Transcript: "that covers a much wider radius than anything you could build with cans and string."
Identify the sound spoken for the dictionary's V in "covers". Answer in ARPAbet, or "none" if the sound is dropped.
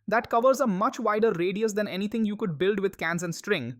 V